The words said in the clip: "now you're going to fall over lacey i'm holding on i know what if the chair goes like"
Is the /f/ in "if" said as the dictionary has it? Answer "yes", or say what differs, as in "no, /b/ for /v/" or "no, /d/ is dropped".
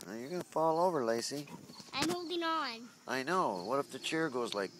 no, /p/ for /f/